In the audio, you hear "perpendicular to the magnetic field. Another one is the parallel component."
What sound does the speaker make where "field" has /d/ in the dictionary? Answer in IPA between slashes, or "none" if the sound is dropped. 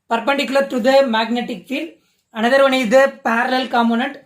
none